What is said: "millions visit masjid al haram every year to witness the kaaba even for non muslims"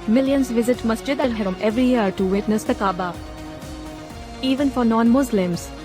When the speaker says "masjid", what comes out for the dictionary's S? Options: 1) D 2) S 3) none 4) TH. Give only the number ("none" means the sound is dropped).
2